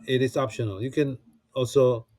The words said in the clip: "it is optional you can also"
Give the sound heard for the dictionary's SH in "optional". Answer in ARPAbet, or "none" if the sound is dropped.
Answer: SH